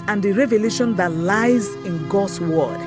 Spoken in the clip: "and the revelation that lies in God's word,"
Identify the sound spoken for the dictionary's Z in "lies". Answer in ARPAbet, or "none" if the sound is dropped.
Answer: Z